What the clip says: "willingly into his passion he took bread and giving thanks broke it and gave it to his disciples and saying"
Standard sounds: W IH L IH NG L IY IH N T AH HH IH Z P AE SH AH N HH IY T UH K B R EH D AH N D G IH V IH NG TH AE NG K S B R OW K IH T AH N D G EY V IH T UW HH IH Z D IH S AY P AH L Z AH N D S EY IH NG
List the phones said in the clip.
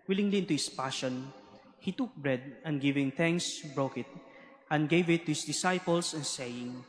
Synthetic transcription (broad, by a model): W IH L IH NG L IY IH N T AH HH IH S P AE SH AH N HH IY T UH K B R EH D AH N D G IH V IH NG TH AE NG K S B R OW K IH T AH N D G EY V IH T UW HH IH S D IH S AY P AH L S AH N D S EY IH NG